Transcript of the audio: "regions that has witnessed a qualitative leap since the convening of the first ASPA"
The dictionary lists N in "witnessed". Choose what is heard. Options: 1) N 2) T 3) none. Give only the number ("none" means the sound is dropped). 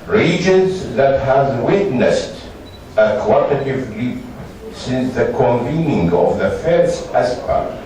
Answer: 1